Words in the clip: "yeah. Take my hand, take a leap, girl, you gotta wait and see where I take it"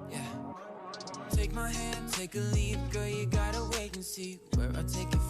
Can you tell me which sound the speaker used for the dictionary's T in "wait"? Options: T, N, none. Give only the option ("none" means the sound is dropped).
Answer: none